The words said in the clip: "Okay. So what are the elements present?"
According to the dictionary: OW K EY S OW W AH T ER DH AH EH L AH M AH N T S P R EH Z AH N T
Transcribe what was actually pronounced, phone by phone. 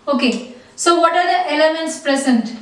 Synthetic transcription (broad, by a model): OW K EY S OW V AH T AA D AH EH L AH M AH N T S P R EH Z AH N T